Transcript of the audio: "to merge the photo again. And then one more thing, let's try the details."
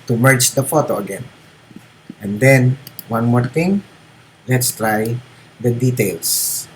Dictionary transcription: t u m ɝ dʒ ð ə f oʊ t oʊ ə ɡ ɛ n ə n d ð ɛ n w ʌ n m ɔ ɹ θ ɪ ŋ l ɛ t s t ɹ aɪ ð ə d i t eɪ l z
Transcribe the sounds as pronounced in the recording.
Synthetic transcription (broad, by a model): t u m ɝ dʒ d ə f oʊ t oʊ ə ɡ ɛ n ə n d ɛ n w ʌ n m ɔ ɹ t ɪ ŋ l ɛ t s t ɹ aɪ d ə d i t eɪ l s